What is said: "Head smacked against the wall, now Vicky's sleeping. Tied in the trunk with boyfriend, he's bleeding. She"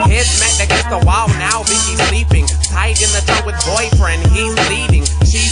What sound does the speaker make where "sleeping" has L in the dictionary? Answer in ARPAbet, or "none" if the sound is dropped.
L